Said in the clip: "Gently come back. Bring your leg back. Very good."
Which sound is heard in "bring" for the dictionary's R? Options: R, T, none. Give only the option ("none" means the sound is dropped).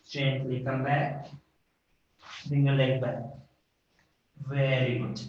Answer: none